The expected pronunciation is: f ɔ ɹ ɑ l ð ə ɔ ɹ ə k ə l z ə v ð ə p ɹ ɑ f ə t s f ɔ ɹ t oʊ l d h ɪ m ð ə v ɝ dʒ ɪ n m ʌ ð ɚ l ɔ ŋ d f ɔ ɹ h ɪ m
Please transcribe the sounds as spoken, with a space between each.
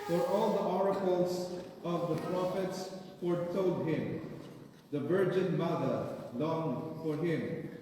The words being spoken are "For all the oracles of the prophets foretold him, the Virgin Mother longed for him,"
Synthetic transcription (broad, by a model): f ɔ ɹ ɑ l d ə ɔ ɹ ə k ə l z ə v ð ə p ɹ ɑ f ə t s f ɔ ɹ t oʊ l d h ɪ m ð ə v ɝ dʒ ɪ n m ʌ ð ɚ l ɔ ŋ d f ɔ ɹ h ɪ m